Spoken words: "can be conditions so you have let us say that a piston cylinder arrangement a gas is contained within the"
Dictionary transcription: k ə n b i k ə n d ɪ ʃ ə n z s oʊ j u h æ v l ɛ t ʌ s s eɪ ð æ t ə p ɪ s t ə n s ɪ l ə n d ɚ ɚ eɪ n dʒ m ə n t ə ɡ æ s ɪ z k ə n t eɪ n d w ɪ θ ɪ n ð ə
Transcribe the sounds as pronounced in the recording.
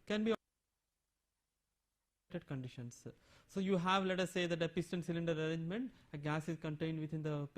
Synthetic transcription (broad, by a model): k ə n b i k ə n d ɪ ʃ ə n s s oʊ j u h æ v l ɛ t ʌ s s eɪ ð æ t ə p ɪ s t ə n s ɪ l ə n d ɚ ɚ eɪ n dʒ m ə n t ə ɡ æ s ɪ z k ə n t eɪ n d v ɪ t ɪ n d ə